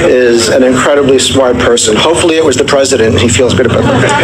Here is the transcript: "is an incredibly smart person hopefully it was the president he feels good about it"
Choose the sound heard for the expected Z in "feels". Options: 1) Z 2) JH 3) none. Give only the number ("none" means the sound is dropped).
1